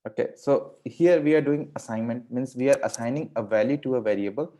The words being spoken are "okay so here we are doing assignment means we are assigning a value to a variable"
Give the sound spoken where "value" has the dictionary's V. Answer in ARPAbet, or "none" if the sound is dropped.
V